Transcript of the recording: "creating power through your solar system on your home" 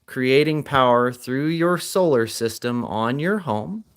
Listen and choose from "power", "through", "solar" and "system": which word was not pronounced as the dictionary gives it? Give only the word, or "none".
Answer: none